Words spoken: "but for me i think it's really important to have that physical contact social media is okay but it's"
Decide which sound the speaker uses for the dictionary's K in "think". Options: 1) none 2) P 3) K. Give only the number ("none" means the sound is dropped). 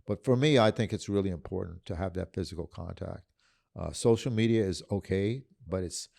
3